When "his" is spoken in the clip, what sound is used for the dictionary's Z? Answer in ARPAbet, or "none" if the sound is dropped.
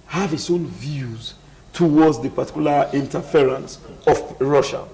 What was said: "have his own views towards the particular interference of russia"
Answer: S